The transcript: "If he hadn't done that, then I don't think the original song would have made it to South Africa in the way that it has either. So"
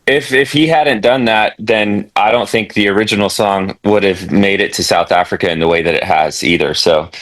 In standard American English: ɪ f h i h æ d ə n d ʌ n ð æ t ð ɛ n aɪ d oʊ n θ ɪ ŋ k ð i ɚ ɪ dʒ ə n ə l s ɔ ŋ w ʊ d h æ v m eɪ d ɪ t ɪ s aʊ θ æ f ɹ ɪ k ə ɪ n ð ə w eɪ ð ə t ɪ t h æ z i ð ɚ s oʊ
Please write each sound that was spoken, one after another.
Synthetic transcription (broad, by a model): ɪ f h i h æ d n d ʌ n ð æ t ð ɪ n aɪ d oʊ n θ ɪ ŋ k ð i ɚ ɪ dʒ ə n l s ɔ ŋ w ʊ d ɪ v m eɪ d ɪ t ɪ s aʊ θ æ f ɹ ɪ k ə ɪ n ð ə w eɪ ð ə t ɪ t h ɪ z i ð ɚ s oʊ